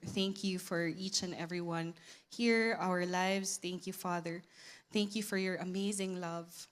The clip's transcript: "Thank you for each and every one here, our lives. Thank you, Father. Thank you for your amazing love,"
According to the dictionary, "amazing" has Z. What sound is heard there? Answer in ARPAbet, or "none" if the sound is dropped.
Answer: Z